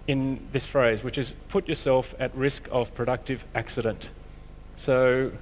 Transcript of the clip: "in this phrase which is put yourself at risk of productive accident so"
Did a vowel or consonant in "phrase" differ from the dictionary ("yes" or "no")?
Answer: no